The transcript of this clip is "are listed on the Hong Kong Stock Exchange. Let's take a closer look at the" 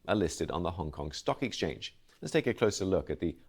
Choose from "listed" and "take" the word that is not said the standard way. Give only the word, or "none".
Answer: none